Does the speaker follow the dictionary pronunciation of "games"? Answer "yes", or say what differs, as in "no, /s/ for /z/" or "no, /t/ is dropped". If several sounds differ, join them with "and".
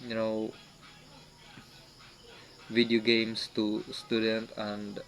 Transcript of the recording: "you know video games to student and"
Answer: no, /s/ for /z/